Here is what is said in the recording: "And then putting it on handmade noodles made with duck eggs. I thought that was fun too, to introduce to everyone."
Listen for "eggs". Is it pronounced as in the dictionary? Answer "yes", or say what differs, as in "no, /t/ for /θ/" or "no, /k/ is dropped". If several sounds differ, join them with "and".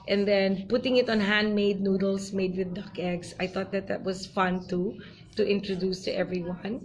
no, /s/ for /z/